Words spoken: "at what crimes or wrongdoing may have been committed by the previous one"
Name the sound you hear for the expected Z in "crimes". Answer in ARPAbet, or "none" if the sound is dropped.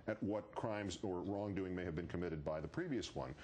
Z